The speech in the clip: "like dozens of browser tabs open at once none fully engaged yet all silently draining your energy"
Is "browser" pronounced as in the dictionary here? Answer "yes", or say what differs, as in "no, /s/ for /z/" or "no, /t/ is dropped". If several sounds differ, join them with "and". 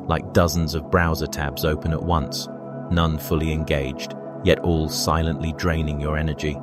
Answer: yes